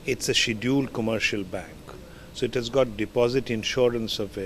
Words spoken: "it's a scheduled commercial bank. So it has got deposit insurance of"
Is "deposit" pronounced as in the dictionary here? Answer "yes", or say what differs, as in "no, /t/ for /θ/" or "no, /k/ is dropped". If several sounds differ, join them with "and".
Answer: yes